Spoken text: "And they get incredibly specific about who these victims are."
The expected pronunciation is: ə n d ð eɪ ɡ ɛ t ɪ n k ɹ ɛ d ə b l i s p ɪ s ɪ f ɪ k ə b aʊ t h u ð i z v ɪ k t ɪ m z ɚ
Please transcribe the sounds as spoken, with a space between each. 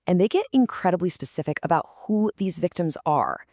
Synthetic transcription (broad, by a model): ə n ð eɪ ɡ ɛ t ɪ n k ɹ ɛ d ə b l i s p ɪ s ɪ f ɪ k ə b aʊ t h u ð i z v ɪ k t ɪ m z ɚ